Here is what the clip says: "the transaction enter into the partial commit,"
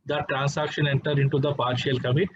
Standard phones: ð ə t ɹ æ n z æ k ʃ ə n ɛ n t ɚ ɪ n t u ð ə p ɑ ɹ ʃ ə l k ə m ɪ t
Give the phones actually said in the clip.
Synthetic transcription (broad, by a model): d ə t ɹ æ n s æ k ʃ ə n ɛ n t ɚ ɪ n t u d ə p ɑ ɹ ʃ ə l k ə m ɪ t